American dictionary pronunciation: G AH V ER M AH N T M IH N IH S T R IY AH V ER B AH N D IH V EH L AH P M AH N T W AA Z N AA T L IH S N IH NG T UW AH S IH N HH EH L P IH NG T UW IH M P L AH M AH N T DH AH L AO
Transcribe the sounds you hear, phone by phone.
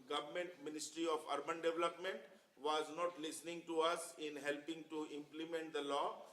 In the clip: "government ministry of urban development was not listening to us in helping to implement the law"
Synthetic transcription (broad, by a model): G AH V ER M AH N T M IH N IH S T R IY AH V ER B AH N D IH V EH L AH P M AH N T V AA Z N AA T L IH S N IH NG T UW AH S IH N HH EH L P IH NG T UW IH M P L AH M AH N T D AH L AO